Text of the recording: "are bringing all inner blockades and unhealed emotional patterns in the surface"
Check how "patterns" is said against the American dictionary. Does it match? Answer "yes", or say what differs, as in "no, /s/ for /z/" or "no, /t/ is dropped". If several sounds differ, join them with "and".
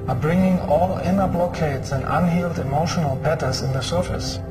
no, /b/ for /p/ and /n/ is dropped